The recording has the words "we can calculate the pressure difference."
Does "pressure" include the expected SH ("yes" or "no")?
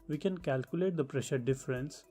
yes